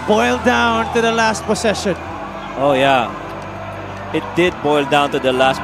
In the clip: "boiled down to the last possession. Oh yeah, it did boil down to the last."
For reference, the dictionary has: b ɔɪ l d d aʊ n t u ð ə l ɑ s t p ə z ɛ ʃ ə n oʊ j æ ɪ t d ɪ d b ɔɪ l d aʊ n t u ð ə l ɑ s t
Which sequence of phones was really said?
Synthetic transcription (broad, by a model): b ɔɪ l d d aʊ n t u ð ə l ɑ s t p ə s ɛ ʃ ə n oʊ j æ ɪ t d ɪ d b ɔɪ l d aʊ n t u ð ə l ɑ s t